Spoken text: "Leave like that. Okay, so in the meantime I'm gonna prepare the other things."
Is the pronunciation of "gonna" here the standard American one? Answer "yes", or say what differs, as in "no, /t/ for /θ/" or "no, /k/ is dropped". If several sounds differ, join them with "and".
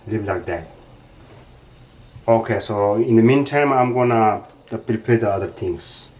yes